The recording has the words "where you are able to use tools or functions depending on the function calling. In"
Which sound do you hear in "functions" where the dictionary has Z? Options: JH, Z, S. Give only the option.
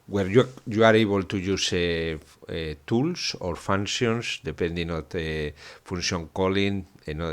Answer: S